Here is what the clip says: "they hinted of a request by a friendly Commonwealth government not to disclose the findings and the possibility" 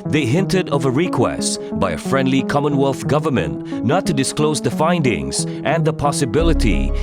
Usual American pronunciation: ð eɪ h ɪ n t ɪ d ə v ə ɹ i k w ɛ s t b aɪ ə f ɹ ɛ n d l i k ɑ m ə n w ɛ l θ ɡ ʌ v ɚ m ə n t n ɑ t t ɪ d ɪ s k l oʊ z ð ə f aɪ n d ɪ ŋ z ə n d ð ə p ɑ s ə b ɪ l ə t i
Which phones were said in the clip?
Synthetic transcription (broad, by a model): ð eɪ h ɪ n t ɪ d ə v ə ɹ i k w ɛ s t b aɪ ə f ɹ ɛ n d l i k ɑ m ə n w ɛ l θ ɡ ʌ v ɚ m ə n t n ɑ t t ɪ d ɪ s k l oʊ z ð ə f aɪ n d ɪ ŋ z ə n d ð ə p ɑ s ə b ɪ l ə t i